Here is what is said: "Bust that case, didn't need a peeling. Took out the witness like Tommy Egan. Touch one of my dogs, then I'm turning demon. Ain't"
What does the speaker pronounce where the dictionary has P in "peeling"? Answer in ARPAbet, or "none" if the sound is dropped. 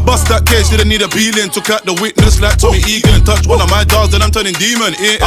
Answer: B